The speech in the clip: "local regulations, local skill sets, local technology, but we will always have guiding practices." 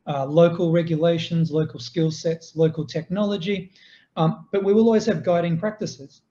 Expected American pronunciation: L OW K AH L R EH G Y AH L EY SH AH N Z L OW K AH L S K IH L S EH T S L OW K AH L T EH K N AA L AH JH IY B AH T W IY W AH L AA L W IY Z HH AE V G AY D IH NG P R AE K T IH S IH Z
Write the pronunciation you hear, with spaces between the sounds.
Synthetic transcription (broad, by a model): L OW K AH L R EH G Y AH L EY SH AH N Z L OW K AH L S K IH L S EH T S L OW K AH L T EH K N AA L AH JH IY B AH T W IY W AH L AA L W IY Z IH V G AY D IH NG P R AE K T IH S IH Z